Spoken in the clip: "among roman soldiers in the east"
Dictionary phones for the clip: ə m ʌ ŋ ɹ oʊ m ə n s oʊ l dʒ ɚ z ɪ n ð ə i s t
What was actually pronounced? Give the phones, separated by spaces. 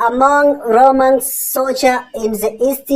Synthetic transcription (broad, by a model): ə m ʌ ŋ ɹ oʊ m ə n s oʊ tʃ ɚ ɪ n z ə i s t